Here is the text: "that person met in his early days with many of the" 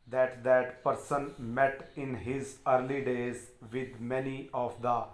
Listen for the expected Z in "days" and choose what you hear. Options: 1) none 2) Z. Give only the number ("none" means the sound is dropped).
2